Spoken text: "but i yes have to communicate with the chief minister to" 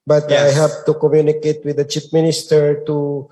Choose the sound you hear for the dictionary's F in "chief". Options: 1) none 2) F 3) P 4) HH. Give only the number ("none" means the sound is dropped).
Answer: 3